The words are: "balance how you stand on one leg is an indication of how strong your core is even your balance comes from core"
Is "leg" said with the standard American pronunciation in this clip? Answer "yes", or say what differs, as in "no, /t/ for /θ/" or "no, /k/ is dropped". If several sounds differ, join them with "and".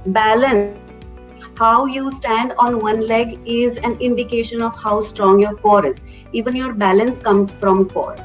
yes